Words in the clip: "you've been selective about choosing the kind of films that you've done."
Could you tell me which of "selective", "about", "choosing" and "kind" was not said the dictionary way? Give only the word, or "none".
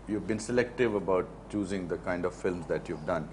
none